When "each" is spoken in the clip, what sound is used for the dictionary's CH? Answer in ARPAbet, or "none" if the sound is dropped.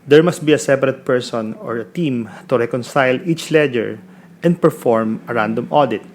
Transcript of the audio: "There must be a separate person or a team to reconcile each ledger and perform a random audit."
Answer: CH